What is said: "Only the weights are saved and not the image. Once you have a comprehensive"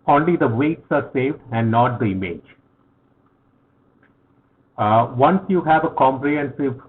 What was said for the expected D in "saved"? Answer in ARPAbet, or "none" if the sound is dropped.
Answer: D